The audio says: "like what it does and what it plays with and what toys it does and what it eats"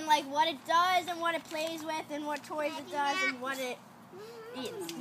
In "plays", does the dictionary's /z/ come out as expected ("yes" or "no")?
yes